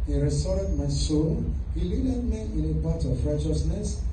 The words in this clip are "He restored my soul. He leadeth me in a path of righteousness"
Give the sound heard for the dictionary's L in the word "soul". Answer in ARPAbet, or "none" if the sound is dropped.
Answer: N